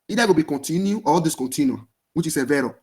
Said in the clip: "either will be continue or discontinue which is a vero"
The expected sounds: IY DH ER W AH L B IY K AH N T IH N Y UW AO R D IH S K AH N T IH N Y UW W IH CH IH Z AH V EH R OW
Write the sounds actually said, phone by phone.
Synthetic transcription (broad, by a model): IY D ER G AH B IY K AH N T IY N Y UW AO L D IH S K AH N T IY N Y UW W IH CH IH S AH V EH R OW